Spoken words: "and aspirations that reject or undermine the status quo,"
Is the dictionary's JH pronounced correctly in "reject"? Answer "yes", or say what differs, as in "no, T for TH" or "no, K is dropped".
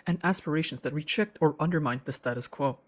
no, CH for JH